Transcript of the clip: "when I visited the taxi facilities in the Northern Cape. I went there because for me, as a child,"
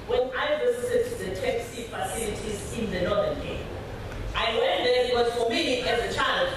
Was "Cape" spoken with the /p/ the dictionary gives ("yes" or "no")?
no